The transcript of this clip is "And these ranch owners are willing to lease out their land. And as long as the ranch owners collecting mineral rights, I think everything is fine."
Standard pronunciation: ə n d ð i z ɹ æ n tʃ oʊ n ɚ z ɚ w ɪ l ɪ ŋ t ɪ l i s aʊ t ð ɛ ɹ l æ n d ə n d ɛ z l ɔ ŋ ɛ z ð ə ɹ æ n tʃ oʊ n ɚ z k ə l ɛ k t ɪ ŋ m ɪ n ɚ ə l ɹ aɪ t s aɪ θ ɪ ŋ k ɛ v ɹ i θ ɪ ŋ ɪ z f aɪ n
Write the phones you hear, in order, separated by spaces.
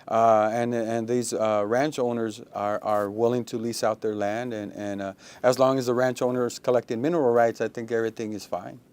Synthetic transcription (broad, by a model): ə n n ð i z ɹ æ n tʃ oʊ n ɚ z ɚ w ɪ l ɪ ŋ t ɪ l i s aʊ t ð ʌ ɹ l æ n d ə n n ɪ z l ɔ ŋ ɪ z ð ə ɹ æ n tʃ oʊ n ɚ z k ə l ɛ k t ɪ ŋ m ɪ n ɚ l ɹ aɪ t s aɪ θ ɪ ŋ k ɛ v ɹ i θ ɪ ŋ ɪ z f aɪ n